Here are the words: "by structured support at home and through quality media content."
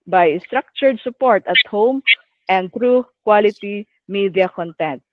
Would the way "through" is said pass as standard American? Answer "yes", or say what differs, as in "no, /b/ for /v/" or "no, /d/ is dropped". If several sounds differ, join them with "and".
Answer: no, /t/ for /θ/